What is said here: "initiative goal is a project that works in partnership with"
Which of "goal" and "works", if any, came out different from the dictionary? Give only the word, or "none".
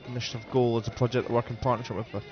works